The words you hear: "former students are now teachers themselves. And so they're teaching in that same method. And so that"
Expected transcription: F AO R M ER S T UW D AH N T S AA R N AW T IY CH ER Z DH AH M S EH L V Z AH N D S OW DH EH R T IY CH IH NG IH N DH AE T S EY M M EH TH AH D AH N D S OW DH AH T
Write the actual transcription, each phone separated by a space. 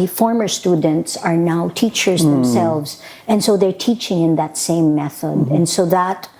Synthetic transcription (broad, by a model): F AO R M ER S T UW D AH N T S AA R N AW T IY CH ER Z DH AH M S EH L V Z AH N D S OW DH EH R T IY CH IH NG IH N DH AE T S EY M M EH TH AH D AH N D S OW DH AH T